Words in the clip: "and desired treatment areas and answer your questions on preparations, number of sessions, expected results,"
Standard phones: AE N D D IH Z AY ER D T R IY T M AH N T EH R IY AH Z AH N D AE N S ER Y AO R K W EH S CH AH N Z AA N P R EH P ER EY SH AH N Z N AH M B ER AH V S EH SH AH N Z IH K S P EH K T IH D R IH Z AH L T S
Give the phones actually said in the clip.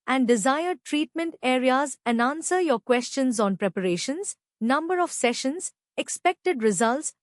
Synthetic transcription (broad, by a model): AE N D D IH Z AY ER D T R IY T M AH N T EH R IY AH Z AH N D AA N S ER Y AO R K W EH S CH AH N Z AA N P R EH P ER EY SH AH N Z N AH M B ER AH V S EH SH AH N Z IH K S P EH K T IH D R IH Z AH L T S